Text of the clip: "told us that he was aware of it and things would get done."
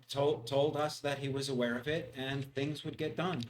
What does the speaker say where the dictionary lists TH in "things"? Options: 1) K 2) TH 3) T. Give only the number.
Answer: 2